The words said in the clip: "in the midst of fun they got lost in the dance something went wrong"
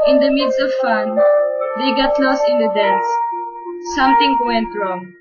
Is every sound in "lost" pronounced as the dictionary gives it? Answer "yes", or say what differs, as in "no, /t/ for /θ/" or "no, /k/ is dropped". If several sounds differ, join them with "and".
no, /t/ is dropped